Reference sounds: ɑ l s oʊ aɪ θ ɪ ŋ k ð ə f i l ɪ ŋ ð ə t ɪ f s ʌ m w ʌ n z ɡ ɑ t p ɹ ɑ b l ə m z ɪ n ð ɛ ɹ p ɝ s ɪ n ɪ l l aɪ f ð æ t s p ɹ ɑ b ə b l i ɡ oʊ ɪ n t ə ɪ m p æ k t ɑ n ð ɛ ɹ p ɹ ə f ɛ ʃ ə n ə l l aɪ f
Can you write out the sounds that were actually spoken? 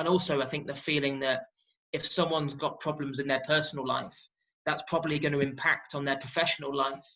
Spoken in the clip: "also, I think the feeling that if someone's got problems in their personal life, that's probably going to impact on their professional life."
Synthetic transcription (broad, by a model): ɑ l s oʊ aɪ θ ɪ ŋ k ð ə f i l ɪ ŋ ð ə t ɪ f s ʌ m w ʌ n z ɡ ɑ t p ɹ ɑ b l ə m z ɪ n ð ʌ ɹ p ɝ s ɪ n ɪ l l aɪ f ð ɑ t s p ɹ ɑ b ə b l i ɡ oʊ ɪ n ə ɪ m p æ k t n ð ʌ p ɹ ə f ɛ ʃ ə n ə l l aɪ f